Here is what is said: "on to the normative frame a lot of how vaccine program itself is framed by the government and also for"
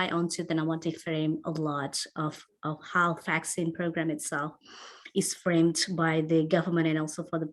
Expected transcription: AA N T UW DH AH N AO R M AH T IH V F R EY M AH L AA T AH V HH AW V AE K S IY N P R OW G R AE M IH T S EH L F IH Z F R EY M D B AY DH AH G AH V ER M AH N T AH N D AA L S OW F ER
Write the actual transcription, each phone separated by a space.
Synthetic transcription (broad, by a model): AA N T UW DH AH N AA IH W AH T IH F R EY M AH L AA T AH V HH AW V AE K S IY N P R OW G R AE M IH T S EH L F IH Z F R EY M D B AY DH AH G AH V ER M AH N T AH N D AA L S OW F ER